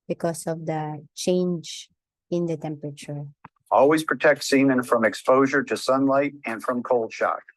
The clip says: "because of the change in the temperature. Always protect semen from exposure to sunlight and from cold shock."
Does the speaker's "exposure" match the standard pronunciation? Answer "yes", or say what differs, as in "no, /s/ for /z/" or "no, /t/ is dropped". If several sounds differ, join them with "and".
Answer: yes